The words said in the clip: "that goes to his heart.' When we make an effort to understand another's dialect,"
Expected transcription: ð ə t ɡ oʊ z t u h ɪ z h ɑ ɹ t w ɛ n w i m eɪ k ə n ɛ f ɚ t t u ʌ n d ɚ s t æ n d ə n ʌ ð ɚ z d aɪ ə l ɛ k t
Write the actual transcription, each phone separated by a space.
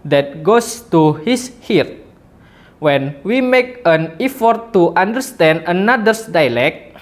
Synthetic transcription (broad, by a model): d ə t ɡ oʊ s t u h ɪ s h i ɹ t w ɛ n w i m eɪ k ə n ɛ f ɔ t t u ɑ n d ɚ s t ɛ n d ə n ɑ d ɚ s d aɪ l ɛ k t